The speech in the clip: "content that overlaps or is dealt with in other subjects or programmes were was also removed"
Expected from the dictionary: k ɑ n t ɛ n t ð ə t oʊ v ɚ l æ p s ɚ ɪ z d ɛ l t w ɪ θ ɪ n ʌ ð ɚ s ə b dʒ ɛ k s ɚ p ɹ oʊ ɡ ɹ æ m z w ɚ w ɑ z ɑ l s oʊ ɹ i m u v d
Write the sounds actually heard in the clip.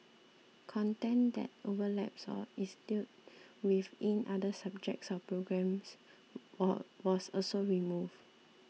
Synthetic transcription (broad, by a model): k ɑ n t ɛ n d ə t oʊ v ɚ l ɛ p s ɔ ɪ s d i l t w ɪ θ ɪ n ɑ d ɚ s ə b dʒ ɛ k s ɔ p ɹ oʊ ɡ ɹ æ m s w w ɑ s ɑ l s oʊ ɹ i m u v